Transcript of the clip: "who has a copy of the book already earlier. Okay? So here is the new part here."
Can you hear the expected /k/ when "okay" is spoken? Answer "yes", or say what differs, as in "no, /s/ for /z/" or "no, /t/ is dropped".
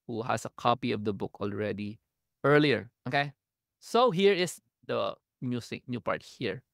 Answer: yes